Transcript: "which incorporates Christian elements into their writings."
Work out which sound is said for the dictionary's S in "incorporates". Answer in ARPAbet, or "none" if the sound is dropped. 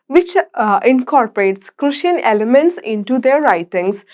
S